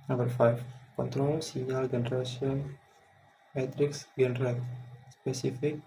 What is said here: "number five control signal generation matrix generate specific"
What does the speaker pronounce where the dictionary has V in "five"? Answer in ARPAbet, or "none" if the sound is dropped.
F